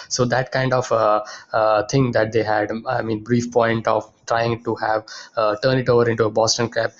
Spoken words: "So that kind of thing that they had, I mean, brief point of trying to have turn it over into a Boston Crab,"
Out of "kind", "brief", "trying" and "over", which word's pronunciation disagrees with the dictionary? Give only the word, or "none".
none